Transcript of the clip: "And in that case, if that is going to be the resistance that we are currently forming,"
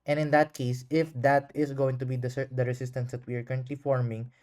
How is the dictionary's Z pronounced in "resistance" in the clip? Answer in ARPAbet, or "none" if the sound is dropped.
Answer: S